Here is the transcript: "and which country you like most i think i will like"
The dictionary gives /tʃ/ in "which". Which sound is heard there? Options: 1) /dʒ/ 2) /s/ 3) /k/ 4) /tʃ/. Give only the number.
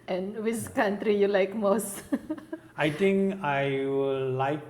2